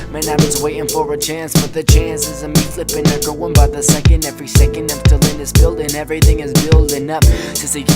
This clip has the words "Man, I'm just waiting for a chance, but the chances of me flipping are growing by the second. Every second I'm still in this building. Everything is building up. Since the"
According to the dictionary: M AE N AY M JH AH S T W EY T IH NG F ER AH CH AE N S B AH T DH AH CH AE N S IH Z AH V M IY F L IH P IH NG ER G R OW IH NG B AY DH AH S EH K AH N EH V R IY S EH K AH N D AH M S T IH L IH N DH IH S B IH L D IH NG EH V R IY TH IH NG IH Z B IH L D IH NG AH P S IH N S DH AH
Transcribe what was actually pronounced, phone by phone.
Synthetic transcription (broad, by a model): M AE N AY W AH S W EY T IH NG F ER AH CH AE N S B AH T DH AH CH AE N S IH Z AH M IY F L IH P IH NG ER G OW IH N B AY DH AH S EH K AH N EH V R IY S EH K AH N D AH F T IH L IH N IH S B IH L D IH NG EH V R IY TH IH NG IH Z B IH L D IH NG AH P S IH S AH